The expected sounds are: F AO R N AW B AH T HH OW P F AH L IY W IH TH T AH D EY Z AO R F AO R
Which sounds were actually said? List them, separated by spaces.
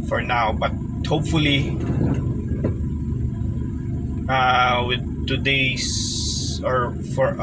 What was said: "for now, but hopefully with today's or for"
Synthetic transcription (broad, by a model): F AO R N AW B AH T HH OW P F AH L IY W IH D T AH D EY S AO R F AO R